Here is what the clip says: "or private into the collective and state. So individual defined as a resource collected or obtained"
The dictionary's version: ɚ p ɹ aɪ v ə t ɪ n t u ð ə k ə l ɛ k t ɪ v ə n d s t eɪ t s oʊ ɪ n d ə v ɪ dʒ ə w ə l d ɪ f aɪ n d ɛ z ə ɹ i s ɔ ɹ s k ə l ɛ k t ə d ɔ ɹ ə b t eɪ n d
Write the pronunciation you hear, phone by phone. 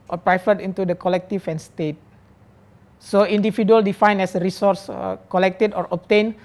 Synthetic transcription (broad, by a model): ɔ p ɹ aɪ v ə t ɪ n t u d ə k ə l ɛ k t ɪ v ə n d s t eɪ t s oʊ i n d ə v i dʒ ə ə l d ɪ f aɪ n ɛ s ə ɹ i s ɔ ɹ s k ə l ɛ k t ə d ɔ ɹ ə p t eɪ n